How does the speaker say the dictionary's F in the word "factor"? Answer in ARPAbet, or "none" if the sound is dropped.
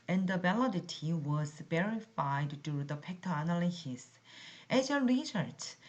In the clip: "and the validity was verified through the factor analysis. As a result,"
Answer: P